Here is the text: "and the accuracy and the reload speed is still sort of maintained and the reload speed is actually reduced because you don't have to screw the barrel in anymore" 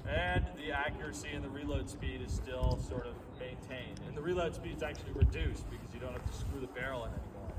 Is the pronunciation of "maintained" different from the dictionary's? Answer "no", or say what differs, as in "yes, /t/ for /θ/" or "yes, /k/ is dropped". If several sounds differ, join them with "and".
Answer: no